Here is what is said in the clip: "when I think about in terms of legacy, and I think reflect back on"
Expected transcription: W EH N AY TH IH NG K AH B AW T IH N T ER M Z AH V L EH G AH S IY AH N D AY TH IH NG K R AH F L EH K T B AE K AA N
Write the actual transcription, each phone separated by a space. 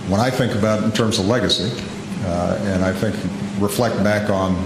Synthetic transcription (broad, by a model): W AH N AY TH IH NG K AH B AW T N T ER M Z AH V L EH G AH S IY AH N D AY TH IH NG K R AH F L EH K T B AE K N